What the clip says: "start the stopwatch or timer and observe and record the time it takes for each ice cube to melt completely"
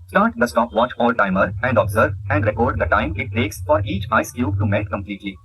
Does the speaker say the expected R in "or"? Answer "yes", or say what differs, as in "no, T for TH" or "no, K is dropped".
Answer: no, L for R